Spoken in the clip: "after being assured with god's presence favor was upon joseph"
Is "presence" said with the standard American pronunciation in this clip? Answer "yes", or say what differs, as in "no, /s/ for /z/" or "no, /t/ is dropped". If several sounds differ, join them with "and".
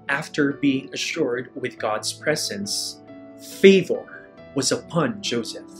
yes